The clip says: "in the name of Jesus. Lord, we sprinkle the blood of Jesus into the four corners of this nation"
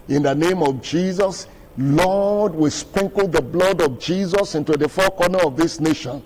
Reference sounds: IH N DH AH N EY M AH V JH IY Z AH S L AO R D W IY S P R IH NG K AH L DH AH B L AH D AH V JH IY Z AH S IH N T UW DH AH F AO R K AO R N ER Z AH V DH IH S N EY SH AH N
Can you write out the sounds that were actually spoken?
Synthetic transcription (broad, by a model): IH N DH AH N EY M AH V JH IY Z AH S L AO D W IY S P R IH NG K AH L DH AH B L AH D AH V JH IY Z AH S IH N T UW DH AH F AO K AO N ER AH V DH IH S N EY SH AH N